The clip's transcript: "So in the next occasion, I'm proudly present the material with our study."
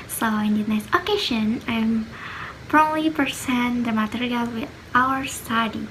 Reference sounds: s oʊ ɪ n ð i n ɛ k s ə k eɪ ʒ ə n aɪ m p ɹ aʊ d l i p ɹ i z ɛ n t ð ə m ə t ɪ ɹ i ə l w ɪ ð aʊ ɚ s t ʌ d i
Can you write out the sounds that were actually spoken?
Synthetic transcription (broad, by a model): s oʊ ɪ n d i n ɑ s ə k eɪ ʃ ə n aɪ m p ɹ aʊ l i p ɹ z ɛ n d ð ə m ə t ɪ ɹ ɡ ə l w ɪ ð aʊ ɚ s t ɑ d i